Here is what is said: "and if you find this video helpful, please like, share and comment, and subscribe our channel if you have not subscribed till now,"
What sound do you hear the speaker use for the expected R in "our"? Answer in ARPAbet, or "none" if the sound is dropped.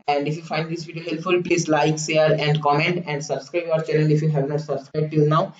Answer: R